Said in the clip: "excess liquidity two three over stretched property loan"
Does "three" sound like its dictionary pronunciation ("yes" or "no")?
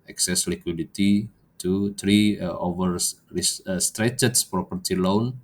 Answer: no